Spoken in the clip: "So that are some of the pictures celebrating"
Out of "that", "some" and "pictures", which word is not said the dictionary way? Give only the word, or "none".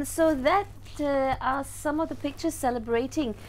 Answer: none